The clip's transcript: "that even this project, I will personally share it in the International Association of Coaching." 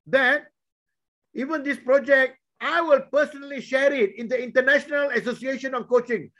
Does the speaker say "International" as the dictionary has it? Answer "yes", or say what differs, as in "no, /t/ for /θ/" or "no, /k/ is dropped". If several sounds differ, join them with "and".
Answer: yes